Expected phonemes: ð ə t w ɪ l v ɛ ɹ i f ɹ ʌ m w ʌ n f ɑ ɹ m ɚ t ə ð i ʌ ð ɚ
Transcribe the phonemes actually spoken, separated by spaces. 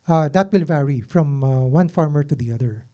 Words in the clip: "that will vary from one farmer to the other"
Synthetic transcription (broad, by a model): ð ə t w ɪ l v ɛ ɹ i f ɹ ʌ m w ʌ n f ɑ ɹ m ɚ t ə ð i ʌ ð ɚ